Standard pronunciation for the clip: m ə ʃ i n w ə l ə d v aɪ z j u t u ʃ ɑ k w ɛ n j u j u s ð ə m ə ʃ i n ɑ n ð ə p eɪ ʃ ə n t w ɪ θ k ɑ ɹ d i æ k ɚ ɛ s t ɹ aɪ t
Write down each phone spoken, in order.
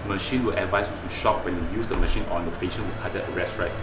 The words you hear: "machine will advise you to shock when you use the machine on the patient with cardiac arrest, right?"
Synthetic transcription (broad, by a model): m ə ʃ i n w ə l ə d v aɪ s j u t u ʃ ɑ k w ɛ n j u j u s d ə m ə ʃ i n ɑ n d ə f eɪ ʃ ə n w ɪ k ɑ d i ɚ ɛ s t ɹ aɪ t